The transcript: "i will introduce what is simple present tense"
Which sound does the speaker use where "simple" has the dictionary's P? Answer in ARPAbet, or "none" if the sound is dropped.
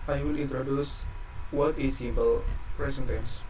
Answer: B